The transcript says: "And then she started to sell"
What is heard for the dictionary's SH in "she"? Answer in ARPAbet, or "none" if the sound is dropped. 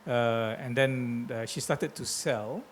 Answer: SH